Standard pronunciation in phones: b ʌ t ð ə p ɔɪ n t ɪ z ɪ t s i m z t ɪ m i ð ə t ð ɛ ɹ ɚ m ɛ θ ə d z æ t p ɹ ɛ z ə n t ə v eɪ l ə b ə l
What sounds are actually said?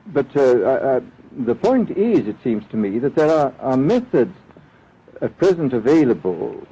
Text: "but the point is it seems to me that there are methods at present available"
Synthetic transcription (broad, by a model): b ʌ t ð ə p ɔɪ n t ɪ z ɪ t s i m z t ɪ m i ð ə t ð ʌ ɹ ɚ m ɛ θ ə d z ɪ t p ɹ ɛ z ə n t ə v eɪ l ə b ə l